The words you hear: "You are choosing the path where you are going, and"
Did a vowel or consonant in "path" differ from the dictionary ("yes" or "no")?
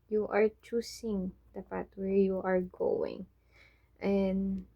yes